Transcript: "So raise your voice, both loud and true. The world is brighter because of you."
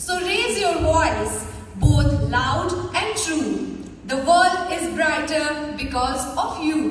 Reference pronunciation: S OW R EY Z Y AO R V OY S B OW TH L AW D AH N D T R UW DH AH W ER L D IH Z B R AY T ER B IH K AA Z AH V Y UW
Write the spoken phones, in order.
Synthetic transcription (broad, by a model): S OW R EY Z Y AO R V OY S B OW T L AW D AH N D T R UW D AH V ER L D IH Z B R AY T ER B IH K AA Z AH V Y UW